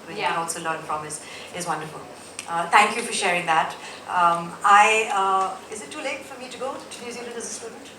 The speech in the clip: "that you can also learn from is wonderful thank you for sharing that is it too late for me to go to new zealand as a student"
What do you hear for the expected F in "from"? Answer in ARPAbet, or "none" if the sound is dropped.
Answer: P